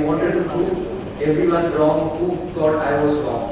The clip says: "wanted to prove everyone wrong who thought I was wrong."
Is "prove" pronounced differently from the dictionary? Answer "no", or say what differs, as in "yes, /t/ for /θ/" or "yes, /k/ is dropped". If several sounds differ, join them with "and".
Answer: yes, /v/ is dropped